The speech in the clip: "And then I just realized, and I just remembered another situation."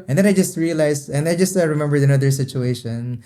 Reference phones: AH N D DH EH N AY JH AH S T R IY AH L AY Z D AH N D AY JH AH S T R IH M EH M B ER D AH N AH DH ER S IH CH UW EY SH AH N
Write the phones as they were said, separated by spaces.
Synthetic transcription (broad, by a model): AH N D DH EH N AY JH AH S T R IY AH L AY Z AH N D AY JH AH S T R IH M EH M B ER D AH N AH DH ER S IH CH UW EY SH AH N